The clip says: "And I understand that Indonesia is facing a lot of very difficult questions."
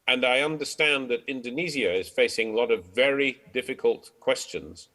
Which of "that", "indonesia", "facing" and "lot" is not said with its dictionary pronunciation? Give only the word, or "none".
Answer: indonesia